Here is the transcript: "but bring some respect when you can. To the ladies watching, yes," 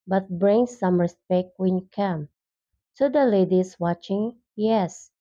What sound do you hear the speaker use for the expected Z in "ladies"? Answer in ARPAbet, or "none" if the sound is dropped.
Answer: S